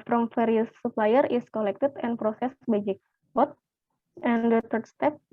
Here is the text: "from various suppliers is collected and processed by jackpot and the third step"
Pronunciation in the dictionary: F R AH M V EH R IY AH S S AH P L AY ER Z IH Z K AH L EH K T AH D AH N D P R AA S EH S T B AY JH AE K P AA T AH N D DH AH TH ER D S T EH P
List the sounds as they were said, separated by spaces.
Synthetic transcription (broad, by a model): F R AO M F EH R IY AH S S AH P L AY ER IH S K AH L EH K T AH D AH N P R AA S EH S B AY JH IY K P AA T AH N D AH T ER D S T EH P